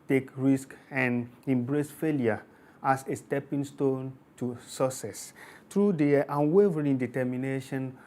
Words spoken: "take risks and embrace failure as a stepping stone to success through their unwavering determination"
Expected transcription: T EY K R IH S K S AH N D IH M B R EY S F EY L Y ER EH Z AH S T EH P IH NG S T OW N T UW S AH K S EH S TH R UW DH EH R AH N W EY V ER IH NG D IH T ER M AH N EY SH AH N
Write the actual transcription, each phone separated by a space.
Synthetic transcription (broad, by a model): T EY K R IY S K AH N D IH M B R EY S F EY L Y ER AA S AH S T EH P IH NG S T OW N T UW S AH S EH S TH R UW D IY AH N W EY V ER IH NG D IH T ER M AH N EY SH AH N